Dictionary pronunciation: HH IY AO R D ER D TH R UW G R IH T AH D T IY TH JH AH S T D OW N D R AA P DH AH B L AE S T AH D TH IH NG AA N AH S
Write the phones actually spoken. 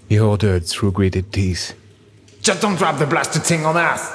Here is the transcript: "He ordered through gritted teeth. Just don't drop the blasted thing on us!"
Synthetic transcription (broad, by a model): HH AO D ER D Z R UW G R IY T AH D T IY S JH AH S D OW N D R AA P DH AH B L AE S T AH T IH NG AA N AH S